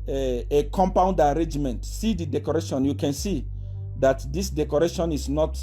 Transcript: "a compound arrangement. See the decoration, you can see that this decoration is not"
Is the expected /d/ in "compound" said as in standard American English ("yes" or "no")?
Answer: yes